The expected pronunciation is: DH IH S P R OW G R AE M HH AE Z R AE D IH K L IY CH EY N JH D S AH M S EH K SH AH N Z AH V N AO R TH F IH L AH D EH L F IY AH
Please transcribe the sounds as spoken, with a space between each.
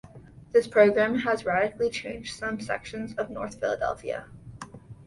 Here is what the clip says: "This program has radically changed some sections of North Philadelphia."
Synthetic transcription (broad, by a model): DH IH S P R OW G R AE M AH Z R AE D IH K L IY CH EY N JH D S AH M S EH K SH AH N Z AH V N AO R TH F IH L AH D EH L F IY AH